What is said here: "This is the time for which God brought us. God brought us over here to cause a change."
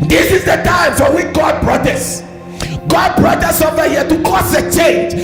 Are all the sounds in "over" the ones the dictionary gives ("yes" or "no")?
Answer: no